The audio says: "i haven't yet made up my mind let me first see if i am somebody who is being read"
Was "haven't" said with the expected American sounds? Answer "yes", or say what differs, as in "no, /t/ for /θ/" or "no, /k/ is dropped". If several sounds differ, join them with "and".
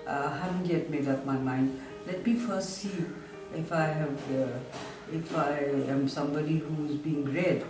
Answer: no, /v/ is dropped